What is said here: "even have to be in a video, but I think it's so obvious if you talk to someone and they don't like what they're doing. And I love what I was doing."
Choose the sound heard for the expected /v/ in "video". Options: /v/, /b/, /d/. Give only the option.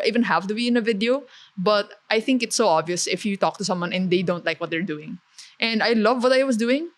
/v/